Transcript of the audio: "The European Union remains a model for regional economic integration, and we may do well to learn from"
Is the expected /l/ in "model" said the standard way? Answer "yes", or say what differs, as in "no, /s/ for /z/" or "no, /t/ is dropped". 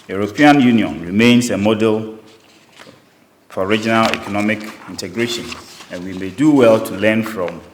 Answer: yes